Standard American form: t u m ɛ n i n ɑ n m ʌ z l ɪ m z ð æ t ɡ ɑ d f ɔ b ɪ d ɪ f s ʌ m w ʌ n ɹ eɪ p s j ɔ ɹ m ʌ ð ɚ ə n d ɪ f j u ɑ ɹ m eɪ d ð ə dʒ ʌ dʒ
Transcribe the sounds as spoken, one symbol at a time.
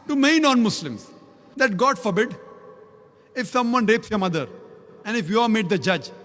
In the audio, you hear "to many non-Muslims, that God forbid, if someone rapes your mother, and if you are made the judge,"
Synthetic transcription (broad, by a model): t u m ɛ i n ɑ n m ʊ s l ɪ m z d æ t ɡ ɑ d f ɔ b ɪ d ɪ f s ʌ m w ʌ n ɹ eɪ p s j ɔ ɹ m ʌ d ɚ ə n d ɪ f j u ɑ ɹ m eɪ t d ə dʒ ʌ dʒ